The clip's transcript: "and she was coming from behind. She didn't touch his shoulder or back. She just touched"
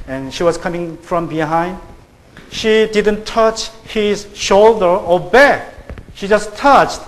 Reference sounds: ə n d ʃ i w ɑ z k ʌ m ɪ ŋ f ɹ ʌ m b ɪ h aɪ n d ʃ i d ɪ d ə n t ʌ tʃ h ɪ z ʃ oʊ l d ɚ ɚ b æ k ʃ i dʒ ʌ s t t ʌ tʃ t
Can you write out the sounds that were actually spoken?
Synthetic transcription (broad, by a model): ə n ʃ i w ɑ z k ʌ m ɪ ŋ f ɹ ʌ m b ɪ h aɪ n d ʃ i d ɪ d ə n t ʌ tʃ h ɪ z ʃ oʊ l d ɚ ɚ b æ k ʃ i dʒ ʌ s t t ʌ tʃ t